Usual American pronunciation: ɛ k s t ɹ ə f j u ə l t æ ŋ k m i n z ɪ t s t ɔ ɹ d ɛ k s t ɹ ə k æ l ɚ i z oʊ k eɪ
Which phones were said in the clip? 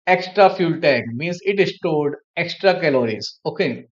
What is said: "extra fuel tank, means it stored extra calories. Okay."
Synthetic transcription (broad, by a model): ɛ k s t ɹ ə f j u l t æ k m i n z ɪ t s t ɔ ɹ d ɛ k s t ɹ ə k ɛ l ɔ i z oʊ k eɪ